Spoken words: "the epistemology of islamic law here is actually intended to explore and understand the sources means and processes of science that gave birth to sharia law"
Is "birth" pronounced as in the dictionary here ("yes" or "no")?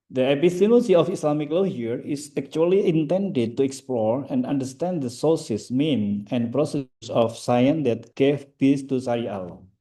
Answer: no